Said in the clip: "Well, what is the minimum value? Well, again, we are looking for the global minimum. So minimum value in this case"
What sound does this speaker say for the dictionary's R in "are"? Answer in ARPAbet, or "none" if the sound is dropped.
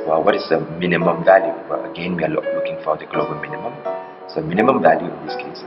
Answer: L